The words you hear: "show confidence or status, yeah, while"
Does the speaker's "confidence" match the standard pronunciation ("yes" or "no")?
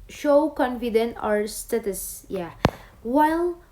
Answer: no